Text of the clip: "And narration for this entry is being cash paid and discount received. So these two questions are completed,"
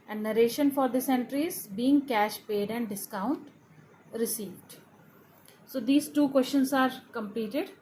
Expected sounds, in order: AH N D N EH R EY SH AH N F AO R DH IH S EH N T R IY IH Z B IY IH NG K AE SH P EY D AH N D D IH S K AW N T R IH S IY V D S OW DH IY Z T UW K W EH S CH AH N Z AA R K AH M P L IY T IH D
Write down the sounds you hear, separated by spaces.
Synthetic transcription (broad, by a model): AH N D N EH R EY SH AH N F AO R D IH S EH N T R IY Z B IY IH NG K AE SH P EY D AH N D D IH S K AW N T R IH S IY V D S OW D IY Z T UW K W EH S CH AH N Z AA R K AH M P L IY T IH D